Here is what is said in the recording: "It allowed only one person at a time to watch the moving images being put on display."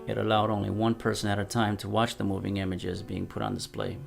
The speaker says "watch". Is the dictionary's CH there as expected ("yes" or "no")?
yes